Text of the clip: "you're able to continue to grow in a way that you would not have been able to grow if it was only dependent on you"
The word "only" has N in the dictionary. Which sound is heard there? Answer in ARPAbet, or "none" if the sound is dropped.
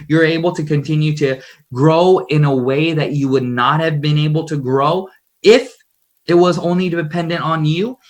N